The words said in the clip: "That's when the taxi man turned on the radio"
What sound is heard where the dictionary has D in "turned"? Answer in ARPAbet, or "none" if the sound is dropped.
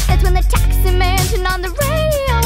none